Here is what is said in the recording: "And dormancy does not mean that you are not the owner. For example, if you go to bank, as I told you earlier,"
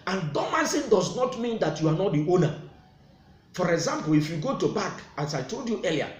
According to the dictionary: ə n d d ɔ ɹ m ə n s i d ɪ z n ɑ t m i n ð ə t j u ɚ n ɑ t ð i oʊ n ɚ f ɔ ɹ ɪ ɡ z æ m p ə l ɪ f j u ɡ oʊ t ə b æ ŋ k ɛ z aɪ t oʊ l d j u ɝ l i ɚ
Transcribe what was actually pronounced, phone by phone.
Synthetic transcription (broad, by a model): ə n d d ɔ m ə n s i d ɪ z n ɑ t m i n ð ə t j u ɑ n ɑ t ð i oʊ n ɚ f ɔ ɹ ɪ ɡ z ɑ m p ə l ɪ f j u ɡ oʊ t ə b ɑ k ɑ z aɪ t oʊ l d j u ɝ l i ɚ